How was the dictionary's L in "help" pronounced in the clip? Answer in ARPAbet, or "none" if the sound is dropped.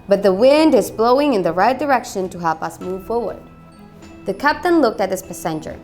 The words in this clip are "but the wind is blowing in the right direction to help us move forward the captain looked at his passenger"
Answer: L